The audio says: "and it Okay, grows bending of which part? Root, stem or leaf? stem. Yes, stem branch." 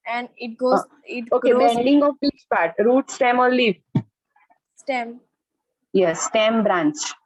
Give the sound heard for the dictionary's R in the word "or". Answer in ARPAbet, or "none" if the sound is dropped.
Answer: L